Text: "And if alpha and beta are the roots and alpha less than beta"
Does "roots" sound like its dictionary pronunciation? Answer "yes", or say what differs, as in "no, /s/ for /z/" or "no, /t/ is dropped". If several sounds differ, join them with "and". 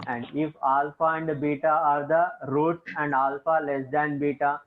no, /s/ is dropped